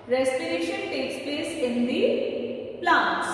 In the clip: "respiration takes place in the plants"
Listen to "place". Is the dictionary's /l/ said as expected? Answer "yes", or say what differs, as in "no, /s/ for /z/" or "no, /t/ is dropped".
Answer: no, /l/ is dropped